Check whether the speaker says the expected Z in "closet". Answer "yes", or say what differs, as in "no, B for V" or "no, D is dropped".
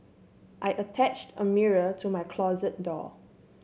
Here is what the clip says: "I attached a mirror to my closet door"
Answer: yes